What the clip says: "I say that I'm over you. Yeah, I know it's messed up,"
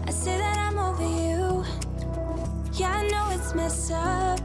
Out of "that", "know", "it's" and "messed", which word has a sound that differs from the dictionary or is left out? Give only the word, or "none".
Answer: messed